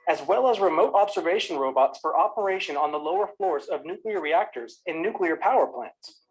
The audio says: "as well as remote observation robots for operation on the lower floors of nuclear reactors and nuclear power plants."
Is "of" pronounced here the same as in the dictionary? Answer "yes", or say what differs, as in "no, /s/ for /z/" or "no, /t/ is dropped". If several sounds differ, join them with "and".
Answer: yes